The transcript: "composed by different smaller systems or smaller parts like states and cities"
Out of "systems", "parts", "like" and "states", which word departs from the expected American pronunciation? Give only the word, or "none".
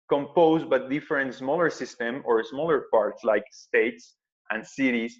systems